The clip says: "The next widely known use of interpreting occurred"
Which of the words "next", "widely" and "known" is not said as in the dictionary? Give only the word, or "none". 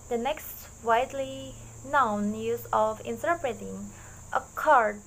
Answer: none